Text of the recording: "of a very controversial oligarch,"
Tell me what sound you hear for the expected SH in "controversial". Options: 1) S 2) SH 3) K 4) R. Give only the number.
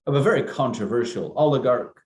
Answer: 2